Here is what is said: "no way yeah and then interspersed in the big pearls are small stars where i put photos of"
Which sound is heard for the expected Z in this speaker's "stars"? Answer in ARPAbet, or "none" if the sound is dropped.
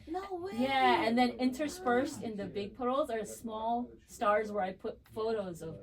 Z